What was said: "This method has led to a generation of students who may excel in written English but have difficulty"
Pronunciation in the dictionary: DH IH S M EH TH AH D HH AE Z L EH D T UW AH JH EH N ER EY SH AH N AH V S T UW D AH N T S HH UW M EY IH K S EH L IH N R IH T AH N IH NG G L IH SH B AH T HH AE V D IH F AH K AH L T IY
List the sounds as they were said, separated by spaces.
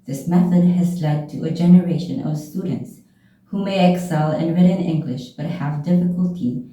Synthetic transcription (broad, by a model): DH IH S M EH TH AH D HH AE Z L EH D T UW AH JH EH N ER EY SH AH N AH V S T UW D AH N T S HH UW M EY IH K S EH L IH N R IH T AH N IH NG G L IH SH B AH T HH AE V D IH F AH K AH L T IY